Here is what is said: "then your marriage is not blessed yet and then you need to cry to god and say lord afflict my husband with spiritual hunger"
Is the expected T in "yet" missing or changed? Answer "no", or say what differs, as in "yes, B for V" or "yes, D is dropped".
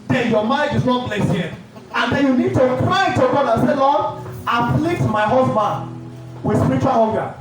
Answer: yes, T is dropped